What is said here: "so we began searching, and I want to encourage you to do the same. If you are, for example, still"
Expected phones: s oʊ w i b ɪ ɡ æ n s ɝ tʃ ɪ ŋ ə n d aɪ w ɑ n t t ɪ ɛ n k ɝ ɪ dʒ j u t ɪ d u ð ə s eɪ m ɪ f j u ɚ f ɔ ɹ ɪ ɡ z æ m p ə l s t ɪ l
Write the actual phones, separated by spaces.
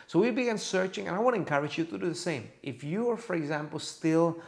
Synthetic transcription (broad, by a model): s oʊ w i b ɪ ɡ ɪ n s ɝ tʃ ɪ ŋ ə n aɪ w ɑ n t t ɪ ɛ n k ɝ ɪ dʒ j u t ɪ d u ð ə s eɪ m ɪ f j u ɚ f ɔ ɹ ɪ ɡ z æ m p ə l s t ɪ l